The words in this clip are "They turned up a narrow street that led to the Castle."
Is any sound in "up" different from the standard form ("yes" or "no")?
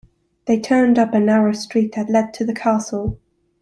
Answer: no